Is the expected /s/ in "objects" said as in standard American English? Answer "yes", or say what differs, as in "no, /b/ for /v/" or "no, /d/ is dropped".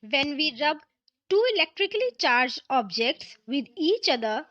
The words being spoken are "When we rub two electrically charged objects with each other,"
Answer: yes